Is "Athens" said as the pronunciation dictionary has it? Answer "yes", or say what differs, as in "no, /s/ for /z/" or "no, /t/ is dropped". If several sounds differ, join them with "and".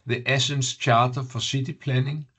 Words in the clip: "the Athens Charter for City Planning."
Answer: no, /s/ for /θ/ and /s/ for /z/